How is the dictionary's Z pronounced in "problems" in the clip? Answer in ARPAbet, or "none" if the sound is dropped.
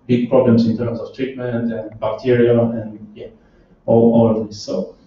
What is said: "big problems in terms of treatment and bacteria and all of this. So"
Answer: S